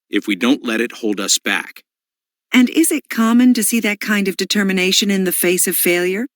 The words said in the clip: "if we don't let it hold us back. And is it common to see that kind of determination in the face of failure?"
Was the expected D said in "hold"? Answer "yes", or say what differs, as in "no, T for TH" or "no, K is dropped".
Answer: yes